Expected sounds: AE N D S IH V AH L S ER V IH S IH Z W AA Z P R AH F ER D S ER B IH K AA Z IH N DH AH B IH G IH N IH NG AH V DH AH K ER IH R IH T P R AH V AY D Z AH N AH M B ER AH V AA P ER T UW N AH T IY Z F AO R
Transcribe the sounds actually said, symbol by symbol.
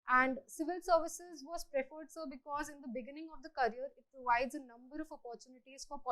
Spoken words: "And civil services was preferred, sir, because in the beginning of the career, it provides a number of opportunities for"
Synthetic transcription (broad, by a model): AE N D S IH V AH L S ER V IH S IH Z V AA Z P R AH F ER D S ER B IH K AA Z IH N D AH B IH G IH N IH NG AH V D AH K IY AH R IH T P R AH V AY D Z AH N AH M B ER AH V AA P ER T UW N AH T IY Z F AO R